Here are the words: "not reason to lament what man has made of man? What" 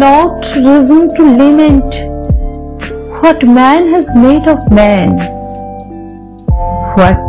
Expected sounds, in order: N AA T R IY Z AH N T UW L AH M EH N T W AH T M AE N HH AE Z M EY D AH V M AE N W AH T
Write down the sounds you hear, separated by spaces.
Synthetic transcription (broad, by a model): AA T R IY Z AH N T UW L AH M EH N T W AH T M AE N HH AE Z M EY D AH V M AE N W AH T